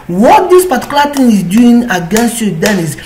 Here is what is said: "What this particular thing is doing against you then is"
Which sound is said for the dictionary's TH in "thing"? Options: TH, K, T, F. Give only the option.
T